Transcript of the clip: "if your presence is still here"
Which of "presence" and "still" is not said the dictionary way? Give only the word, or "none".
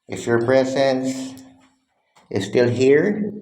none